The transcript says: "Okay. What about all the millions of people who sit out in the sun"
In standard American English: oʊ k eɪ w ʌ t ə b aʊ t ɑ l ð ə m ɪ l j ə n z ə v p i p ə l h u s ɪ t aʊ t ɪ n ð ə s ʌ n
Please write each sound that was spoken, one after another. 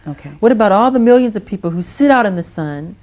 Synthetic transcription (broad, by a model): oʊ k eɪ w ʌ t ə b aʊ t ɑ l ð ə m ɪ l j ə n z ə v p i p l h u s ɪ t aʊ t ɪ n ð ə s ʌ n